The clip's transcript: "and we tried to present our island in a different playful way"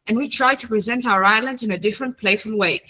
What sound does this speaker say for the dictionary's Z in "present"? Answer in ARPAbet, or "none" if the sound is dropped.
Z